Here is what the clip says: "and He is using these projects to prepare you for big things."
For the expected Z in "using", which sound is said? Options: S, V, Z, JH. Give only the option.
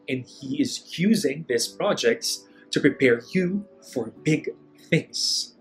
Z